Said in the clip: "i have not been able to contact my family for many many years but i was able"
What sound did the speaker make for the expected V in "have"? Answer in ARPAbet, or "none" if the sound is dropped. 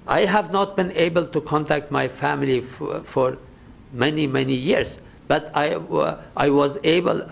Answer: V